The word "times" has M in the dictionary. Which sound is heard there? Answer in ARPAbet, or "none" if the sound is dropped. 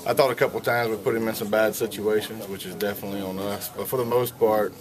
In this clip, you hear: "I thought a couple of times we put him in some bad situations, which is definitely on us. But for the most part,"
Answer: M